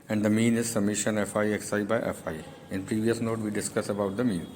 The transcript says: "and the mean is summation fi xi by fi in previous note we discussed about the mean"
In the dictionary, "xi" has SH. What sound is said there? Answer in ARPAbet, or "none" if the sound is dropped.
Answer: S